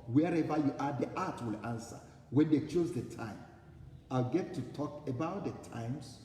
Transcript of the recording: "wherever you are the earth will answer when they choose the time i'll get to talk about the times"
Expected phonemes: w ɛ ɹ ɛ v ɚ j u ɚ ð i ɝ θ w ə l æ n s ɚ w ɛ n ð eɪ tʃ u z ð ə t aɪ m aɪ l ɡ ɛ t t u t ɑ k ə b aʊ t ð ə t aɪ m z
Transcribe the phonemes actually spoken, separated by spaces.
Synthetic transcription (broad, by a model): w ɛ ɹ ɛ v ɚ j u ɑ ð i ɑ t w ə l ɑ n s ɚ w ɛ n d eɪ tʃ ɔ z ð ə t aɪ m aɪ l ɡ ɛ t t u t ɑ k ə b aʊ t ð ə t aɪ m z